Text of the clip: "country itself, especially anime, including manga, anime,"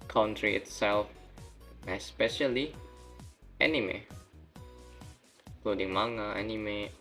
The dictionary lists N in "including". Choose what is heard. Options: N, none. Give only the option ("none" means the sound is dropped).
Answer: none